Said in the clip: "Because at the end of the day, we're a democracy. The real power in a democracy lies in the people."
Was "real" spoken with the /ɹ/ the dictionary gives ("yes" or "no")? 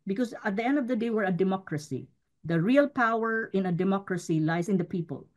yes